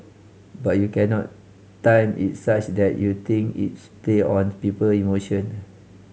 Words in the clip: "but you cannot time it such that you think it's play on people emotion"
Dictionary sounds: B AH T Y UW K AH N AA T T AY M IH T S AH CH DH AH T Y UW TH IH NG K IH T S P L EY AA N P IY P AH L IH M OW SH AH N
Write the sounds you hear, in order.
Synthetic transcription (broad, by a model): B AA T Y UW K AH N AA T T AY M IH T S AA CH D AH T Y UW T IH NG K IH T S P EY AA N P IY P AH L IH M OW SH AH N